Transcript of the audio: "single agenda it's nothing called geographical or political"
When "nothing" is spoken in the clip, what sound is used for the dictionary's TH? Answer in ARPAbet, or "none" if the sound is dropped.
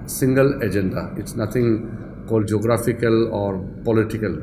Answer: T